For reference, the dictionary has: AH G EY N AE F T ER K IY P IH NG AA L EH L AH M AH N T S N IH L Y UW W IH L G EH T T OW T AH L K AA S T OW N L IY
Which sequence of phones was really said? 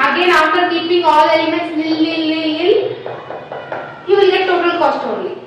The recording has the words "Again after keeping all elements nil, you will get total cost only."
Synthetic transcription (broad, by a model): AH G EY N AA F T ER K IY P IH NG AA L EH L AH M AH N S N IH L Y UW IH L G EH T T OW T AH L K AA S T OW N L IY